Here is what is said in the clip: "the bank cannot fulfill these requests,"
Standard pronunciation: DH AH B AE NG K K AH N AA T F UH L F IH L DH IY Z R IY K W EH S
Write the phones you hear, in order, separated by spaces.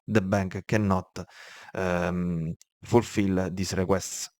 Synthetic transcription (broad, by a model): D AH B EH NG K K AH N AA T F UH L F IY L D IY S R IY K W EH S